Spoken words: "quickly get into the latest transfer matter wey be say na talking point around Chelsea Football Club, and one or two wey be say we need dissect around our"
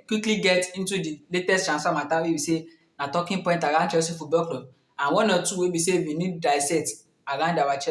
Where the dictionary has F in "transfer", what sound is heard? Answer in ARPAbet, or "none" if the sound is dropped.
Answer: none